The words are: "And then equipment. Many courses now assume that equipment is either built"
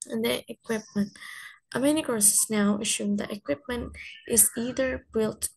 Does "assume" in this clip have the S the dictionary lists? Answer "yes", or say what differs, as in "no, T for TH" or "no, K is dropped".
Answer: no, SH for S